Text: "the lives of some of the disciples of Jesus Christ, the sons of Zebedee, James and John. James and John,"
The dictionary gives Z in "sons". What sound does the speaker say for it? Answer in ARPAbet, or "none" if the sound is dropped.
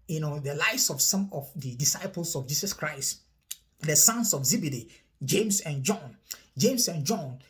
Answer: S